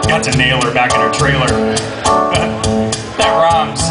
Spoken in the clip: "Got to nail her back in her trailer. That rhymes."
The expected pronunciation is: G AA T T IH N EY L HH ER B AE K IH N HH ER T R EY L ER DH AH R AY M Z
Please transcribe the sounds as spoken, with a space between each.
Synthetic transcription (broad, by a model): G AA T S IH N EY L ER B AE K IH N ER T R EY L ER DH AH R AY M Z